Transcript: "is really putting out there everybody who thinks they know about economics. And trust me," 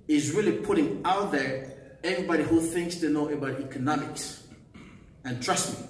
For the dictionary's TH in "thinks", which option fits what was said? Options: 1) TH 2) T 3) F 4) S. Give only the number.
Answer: 1